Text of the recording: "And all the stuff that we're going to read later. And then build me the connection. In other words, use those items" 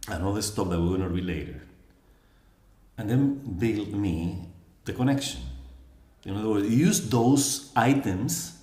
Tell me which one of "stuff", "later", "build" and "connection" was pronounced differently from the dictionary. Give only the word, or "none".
stuff